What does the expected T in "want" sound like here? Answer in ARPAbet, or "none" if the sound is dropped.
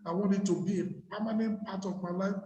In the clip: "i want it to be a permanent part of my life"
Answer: none